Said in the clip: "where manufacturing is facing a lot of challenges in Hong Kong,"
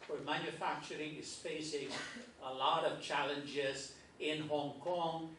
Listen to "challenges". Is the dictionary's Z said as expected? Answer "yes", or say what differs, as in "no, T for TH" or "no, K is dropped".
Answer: yes